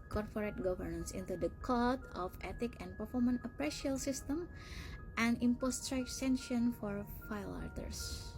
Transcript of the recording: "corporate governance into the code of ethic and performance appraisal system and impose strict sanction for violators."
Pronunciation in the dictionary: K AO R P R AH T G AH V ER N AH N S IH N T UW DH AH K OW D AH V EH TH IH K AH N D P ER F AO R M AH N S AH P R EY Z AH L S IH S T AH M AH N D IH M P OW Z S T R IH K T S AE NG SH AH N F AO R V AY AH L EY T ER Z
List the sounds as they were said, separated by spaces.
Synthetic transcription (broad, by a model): K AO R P R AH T G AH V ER N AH N S IH N T UW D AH K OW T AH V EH T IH K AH N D P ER F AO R M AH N AH P R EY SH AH L S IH S T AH M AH N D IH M P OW S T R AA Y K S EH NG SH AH N F AO R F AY L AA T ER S